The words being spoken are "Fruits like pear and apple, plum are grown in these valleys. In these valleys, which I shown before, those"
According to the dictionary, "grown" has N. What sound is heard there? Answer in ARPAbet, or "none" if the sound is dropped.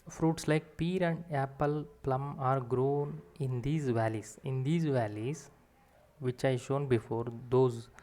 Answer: N